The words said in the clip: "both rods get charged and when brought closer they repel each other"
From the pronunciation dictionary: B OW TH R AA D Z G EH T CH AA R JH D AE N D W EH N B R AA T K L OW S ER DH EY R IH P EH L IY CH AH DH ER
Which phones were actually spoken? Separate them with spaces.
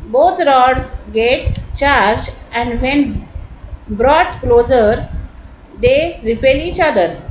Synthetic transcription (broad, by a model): B OW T R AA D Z G EH T CH AA R JH AE N D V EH N B R AA T K L OW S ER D EY R IH P EH L IY CH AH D ER